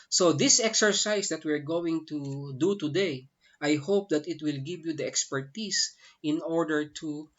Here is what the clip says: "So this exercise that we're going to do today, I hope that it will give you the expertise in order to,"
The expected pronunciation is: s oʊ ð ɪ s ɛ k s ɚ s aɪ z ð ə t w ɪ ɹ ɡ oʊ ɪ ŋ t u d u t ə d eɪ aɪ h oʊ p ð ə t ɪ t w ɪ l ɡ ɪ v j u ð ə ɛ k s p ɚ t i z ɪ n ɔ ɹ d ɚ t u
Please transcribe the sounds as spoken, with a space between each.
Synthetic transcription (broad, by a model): s oʊ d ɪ s ɛ k s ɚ s aɪ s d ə t w ɪ ɹ ɡ oʊ ɪ ŋ t u d u t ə d eɪ aɪ h oʊ p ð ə t ɪ t w ɪ l ɡ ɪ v j u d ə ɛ k s p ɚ t i s ɪ n ɔ ɹ d ɚ t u